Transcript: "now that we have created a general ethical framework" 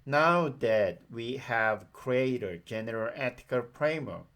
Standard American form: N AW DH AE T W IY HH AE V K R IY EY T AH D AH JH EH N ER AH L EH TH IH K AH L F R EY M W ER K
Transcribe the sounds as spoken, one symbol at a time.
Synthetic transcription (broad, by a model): N AW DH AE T W IY HH AE V K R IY EY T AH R JH EH N ER AH L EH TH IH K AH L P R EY M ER